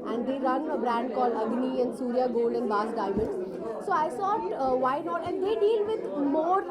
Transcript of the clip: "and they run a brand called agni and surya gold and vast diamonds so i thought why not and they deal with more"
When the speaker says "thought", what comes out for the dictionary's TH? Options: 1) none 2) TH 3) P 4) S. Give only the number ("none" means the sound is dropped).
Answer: 4